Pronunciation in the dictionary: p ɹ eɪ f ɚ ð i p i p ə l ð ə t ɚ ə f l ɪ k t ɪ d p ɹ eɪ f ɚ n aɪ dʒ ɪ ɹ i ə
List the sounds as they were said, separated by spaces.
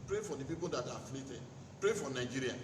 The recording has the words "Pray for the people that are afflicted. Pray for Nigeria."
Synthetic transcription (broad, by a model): p ɹ eɪ f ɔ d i p i p ə l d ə t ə f l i t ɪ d p ɹ eɪ f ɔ n aɪ dʒ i ɹ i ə